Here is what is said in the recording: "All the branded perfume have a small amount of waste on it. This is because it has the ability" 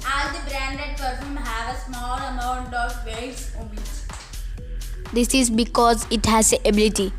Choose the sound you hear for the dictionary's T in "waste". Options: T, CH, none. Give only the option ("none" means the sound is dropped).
none